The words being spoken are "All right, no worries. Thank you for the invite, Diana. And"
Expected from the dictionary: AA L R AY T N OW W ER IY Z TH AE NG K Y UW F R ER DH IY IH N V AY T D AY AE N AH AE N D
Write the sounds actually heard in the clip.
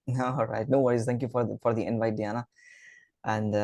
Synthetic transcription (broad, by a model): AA L R AY T N OW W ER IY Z T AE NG K Y UW F R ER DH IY IH N V AY T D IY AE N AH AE N D